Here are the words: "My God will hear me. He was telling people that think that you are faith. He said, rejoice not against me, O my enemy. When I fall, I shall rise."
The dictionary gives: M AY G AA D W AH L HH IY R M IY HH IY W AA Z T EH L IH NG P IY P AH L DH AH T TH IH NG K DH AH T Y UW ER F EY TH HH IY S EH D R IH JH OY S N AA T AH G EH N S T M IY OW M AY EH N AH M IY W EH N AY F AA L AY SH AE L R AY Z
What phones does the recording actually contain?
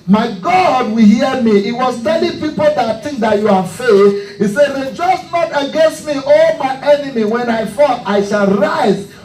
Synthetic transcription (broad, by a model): M AY G AA D W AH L HH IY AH M IY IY W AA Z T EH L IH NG P IY P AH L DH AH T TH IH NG K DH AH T Y UW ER F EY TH HH IY S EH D R IH JH OY S N AA T AH G EH N S T M IY OW M AY EH N AH M IY W EH N AY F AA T AY SH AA L R AY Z